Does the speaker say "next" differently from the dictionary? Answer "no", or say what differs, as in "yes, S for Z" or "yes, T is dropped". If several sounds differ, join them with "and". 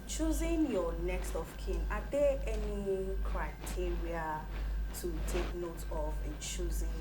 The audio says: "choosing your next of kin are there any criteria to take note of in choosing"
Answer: no